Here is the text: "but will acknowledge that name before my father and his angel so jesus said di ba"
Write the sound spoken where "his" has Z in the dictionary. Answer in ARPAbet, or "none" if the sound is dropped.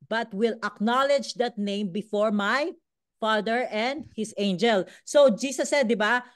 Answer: S